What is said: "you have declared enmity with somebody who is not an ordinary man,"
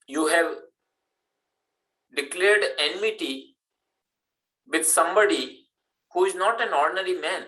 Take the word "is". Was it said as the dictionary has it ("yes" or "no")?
yes